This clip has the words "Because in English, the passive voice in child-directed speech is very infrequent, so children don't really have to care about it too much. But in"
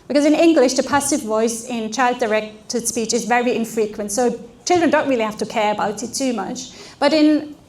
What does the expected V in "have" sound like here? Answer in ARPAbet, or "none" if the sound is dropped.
F